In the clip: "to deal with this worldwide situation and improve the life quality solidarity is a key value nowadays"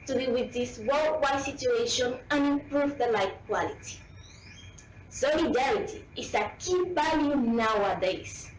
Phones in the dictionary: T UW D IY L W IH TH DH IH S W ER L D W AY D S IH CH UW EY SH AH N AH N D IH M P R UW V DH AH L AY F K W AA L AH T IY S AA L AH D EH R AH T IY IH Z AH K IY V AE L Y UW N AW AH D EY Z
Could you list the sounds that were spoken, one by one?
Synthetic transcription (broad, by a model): T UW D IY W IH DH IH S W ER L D W AY S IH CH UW EY SH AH N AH N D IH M P R UW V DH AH L AY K W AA L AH T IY S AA L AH D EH R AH T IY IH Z AH K IY B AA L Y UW N AW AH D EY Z